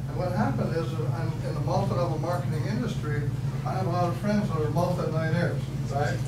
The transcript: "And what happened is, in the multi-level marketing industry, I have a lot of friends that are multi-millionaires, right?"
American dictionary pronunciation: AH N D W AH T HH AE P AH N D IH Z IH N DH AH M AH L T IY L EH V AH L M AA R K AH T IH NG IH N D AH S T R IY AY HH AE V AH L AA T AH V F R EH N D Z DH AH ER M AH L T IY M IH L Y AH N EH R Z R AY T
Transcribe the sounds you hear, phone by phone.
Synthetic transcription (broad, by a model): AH N W AH T HH AE P AH N D IH Z IH N DH AH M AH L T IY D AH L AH M AA R K AH T IH NG IH N D AH S T R IY AY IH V AH L AA T AH V F R EH N D Z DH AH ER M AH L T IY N IH N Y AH R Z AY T